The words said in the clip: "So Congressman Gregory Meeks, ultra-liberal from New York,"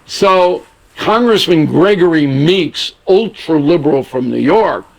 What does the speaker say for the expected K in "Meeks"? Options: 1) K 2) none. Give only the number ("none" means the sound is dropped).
1